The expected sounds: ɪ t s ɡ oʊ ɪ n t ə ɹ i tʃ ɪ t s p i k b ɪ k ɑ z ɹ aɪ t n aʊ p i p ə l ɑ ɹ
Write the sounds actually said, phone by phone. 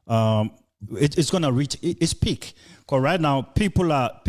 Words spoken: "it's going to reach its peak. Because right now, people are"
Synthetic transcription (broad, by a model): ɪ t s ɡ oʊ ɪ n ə ɹ i tʃ ɪ t s p i k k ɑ ɹ aɪ t n aʊ p i p ə l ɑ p